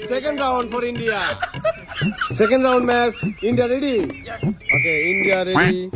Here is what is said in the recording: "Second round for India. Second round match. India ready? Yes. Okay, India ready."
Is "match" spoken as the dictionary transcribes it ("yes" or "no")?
no